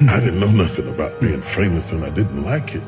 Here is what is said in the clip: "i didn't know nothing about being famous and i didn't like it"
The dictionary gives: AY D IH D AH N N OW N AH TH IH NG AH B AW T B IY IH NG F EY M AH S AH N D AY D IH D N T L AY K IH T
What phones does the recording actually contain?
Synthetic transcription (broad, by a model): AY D IH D N N OW N AH TH IH NG AH B AW T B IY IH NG F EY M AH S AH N AY D IH D N T L AY K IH T